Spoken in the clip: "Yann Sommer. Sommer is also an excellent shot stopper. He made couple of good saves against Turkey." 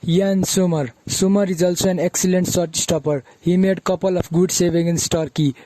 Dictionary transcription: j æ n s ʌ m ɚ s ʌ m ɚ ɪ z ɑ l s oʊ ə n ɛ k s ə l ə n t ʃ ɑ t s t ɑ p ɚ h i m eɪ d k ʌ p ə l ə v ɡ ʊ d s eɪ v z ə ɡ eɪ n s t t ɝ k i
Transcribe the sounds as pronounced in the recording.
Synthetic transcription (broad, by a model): j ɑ n s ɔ m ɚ s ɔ m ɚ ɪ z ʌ l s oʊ ə n ɛ k s ə l ə n t s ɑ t s t ɑ p ɚ h i m eɪ d k ʌ p ə l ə p ɡ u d s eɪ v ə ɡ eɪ n s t t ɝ k i